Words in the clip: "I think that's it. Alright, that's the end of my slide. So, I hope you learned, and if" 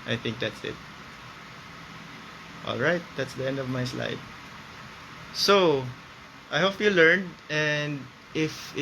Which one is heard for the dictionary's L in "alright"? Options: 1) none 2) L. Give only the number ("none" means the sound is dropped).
2